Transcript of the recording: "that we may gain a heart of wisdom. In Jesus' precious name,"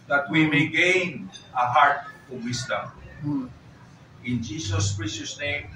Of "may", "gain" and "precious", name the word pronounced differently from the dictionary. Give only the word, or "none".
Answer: precious